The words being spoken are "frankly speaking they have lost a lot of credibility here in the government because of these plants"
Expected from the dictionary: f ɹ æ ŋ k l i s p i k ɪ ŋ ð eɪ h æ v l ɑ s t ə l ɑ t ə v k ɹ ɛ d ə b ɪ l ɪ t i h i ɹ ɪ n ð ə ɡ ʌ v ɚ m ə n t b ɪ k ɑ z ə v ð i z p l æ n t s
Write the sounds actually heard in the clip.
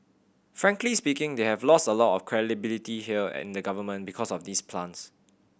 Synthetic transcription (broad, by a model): f ɹ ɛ ŋ k l i s p i k ɪ ŋ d eɪ h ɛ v l ɑ s t ə l ɑ t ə f k ɹ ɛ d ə b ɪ l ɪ t i h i l ɪ n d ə ɡ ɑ v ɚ m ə n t b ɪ k ɑ s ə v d i s p l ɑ n s